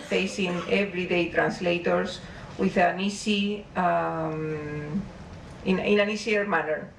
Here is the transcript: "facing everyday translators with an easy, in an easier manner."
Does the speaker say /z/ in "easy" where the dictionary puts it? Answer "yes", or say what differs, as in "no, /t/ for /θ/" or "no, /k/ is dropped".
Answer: no, /s/ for /z/